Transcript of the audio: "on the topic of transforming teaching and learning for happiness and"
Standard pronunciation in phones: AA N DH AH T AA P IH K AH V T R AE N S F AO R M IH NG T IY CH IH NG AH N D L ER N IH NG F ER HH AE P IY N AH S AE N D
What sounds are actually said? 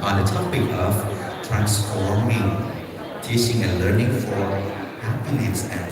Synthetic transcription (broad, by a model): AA N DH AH T AA P IH K AH V T R AE N S F AO R M IH NG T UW S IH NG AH L ER N IH NG F ER HH AE P IY N AH S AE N